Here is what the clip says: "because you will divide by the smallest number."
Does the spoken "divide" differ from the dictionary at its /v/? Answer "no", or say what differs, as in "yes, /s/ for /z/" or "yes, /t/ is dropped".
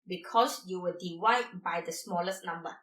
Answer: yes, /w/ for /v/